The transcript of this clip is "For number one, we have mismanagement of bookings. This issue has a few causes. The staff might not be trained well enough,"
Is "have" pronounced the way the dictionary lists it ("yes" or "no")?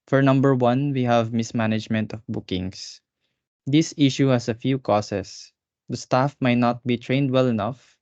yes